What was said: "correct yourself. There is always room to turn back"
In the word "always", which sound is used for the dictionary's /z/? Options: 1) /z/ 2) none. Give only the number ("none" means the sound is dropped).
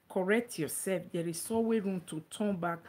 2